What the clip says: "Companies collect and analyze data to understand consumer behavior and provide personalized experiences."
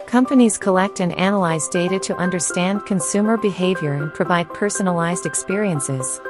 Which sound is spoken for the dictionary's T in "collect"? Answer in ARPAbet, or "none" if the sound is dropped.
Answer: T